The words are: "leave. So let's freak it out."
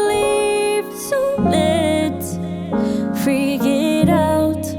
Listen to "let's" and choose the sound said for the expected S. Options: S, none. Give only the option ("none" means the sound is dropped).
none